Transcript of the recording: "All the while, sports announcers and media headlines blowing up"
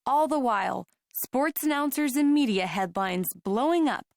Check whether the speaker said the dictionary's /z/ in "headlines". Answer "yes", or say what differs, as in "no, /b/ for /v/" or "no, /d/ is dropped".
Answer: yes